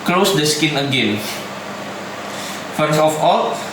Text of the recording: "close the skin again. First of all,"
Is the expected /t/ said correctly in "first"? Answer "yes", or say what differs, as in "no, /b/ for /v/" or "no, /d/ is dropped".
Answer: no, /t/ is dropped